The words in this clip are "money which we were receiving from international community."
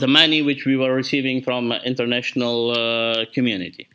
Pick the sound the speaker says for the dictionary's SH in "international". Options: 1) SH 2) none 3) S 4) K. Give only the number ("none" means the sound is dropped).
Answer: 1